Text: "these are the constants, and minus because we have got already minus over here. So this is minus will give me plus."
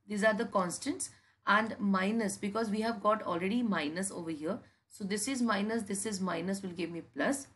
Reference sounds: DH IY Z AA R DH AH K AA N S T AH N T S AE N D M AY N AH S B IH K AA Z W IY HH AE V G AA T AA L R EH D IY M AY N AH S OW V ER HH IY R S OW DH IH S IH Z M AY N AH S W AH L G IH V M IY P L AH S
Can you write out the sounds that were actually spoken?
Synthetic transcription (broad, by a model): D IY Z AA R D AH K AA N S T AH N T S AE N D M AY N AH S B IH K AA Z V IY HH AE V G AA T AA L R EH D IY M AY N AH S OW V ER HH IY R S OW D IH S IH Z M AY N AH S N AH L G IH V M IY P L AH S